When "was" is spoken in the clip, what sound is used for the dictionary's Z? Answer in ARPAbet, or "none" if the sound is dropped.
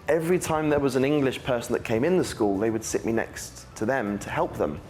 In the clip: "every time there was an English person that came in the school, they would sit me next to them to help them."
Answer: Z